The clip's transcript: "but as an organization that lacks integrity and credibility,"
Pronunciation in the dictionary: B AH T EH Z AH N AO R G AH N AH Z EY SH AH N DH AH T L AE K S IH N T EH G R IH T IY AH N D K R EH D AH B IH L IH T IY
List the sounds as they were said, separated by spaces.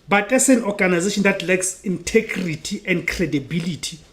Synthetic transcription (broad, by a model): B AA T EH S AH N AO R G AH N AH Z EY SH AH N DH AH T L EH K S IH N T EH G R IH T IY AH N D K R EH D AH B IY L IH T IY